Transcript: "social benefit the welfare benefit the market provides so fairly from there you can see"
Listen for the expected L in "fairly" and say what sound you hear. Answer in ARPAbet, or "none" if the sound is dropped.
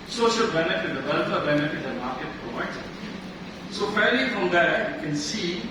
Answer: none